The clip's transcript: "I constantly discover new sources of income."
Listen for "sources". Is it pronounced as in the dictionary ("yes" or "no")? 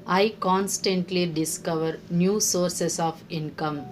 no